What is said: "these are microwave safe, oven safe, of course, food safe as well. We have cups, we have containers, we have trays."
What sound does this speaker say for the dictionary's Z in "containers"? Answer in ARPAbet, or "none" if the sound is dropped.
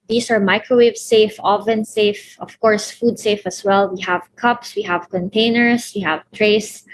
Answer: S